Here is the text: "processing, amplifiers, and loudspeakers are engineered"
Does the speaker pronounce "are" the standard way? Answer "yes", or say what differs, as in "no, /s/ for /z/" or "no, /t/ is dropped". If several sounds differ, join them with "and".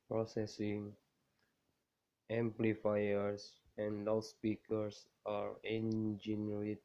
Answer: yes